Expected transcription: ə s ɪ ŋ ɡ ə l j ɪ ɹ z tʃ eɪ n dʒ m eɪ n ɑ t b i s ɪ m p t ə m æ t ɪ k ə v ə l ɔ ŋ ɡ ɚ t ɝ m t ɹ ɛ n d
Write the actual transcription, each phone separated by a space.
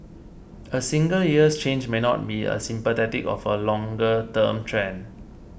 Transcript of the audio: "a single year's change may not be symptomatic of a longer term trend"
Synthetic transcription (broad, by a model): ə s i ŋ ɡ ə l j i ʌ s tʃ eɪ n dʒ m eɪ n ɑ t b i s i m p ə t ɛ t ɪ k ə f ə l ɔ ŋ ɡ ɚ t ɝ m t ɹ ɛ n